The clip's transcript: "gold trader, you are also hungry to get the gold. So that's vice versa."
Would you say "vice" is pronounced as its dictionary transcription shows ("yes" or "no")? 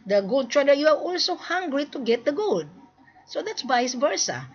no